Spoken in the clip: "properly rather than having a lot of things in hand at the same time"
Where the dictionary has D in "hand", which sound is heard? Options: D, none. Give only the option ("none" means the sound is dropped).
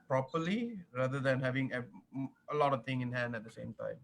D